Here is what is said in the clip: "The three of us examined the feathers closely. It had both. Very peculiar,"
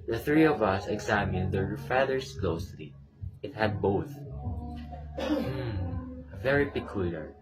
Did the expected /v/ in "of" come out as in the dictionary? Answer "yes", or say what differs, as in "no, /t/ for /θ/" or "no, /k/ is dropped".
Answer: yes